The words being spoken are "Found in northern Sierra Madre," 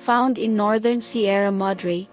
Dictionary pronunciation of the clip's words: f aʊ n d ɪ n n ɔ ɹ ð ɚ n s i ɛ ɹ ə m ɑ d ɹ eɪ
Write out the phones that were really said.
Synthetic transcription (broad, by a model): f aʊ n d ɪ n n ɔ ɹ ð ɚ n s i ɛ ɹ ə m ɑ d ɹ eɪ